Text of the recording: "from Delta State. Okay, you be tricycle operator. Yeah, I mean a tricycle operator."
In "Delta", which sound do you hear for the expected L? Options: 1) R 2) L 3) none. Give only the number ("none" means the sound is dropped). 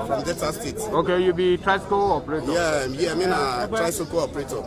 3